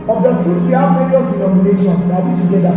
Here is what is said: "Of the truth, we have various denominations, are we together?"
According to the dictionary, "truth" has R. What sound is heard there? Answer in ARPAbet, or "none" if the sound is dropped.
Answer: none